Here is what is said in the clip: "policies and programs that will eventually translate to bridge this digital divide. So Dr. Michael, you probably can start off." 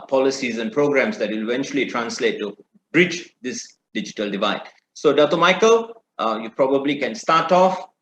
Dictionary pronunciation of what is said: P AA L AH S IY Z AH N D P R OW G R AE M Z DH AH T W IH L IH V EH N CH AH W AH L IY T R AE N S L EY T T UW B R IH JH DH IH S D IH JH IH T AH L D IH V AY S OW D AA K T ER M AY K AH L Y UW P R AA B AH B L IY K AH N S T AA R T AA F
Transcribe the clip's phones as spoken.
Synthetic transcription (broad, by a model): P AA L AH S IY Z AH N P R OW G R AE M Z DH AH T W IH L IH V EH N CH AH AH L IY T R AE N S L EY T T UW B R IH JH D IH S D IH JH IH T AH L D IH V AY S OW D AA T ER M AY K AH L Y UW P R AA B AH B L IY K AH N S T AA T AA F